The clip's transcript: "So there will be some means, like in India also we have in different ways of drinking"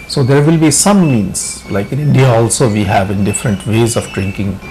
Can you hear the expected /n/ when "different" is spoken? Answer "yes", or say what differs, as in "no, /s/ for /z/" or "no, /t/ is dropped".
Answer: yes